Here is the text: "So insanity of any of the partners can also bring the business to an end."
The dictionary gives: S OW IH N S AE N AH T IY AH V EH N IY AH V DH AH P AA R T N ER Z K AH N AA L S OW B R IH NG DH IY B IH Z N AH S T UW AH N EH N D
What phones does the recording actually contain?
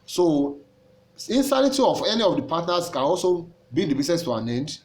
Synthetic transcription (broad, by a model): S OW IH N S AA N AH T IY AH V EH N IY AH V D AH P AA T N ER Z K AH N AA L S OW B IY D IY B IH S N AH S T UW AH N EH N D